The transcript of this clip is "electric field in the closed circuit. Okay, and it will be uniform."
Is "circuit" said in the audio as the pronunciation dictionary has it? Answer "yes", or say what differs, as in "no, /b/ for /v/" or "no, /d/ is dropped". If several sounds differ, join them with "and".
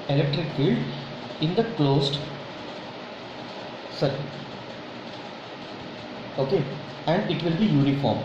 no, /t/ is dropped